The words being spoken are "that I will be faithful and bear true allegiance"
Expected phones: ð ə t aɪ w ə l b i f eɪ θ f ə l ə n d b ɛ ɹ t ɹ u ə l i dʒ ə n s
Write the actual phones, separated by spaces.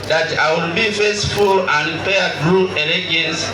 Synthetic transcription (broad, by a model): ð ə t aɪ w ə l b i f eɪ s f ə l ə n d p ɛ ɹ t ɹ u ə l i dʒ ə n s